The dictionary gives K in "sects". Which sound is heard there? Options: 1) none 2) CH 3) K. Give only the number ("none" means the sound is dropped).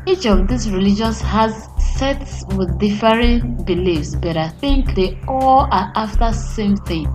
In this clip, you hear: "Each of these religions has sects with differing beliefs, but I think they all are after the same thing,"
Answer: 1